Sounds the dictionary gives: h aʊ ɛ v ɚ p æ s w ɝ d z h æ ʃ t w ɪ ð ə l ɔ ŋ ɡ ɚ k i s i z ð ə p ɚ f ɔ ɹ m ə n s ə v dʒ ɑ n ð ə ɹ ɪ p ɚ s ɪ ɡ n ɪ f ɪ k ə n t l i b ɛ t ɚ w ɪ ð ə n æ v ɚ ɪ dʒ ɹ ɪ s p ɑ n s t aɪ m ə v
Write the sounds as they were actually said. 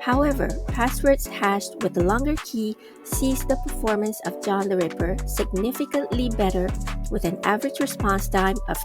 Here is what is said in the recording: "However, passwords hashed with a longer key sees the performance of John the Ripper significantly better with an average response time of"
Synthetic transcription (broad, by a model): h aʊ ɛ v ɚ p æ s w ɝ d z h æ ʃ t w ɪ ð ə l ɔ ŋ ɡ ɚ k i s i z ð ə p ɚ f ɔ ɹ m ə n s ə v dʒ ɑ n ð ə ɹ ɪ p ɚ s ɪ ɡ n ɪ f ɪ k ə n t l i b ɛ t ɚ w ɪ ð ə n æ v ɚ ɪ dʒ ɹ ɪ s p ɑ n s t aɪ m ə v